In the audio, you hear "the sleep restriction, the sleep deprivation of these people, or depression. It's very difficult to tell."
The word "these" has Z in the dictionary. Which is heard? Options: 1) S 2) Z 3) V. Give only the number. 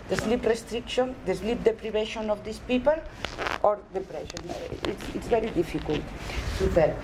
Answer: 1